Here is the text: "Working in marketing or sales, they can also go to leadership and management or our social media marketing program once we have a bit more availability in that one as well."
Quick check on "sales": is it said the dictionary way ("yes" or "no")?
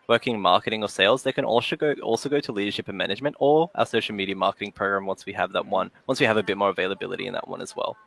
yes